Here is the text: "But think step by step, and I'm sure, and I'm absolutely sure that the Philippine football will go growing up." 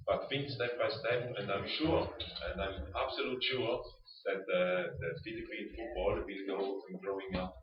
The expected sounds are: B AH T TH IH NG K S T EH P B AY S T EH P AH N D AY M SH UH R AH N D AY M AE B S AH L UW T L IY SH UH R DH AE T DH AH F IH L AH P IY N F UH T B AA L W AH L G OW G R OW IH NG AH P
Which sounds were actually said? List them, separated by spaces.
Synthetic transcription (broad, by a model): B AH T F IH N S T EH P B AY S T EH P AH N D AY M SH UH R AH N D AY M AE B S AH L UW T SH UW R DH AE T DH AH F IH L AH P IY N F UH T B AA L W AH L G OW G R OW IH NG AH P